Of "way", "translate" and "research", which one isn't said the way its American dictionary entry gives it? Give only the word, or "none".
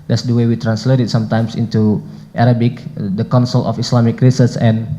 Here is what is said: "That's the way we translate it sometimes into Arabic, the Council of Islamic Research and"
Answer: research